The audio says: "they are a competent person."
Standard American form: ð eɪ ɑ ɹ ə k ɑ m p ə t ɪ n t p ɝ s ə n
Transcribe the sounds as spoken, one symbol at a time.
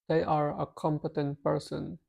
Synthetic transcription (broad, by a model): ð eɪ ɑ ɹ ə k ɑ m p ə t ɪ n t p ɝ s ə n